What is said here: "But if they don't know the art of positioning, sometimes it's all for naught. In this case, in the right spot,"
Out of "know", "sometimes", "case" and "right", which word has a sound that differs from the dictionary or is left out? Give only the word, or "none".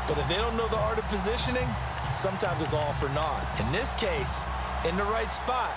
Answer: none